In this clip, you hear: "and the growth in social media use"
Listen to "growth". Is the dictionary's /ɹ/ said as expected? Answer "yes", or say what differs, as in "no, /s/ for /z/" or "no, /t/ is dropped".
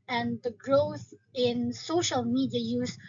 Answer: yes